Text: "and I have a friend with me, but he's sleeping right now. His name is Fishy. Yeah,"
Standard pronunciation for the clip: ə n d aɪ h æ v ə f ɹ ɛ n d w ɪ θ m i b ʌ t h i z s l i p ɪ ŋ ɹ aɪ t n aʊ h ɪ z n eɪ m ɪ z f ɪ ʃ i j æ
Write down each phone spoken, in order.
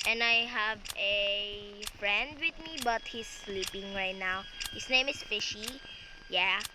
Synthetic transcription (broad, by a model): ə n aɪ h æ v ə f ɹ ɛ n d w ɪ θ m i b ʌ t h i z s l i p ɪ ŋ ɹ aɪ t n aʊ h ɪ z n eɪ m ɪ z f ɪ ʃ i j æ